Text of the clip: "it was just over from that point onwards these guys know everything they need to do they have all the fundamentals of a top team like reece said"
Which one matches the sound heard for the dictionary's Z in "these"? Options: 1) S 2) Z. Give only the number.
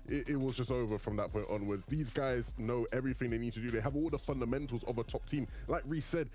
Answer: 2